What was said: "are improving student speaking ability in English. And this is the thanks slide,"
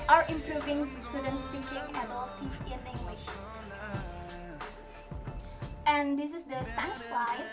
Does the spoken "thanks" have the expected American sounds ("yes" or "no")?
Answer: no